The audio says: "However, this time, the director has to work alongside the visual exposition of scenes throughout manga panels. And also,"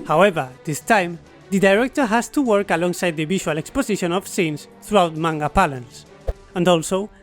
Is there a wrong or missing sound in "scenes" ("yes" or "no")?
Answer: yes